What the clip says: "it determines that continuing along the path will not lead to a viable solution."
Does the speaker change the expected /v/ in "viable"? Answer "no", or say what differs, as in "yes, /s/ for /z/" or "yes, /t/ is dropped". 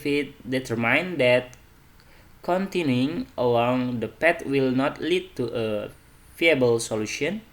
yes, /f/ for /v/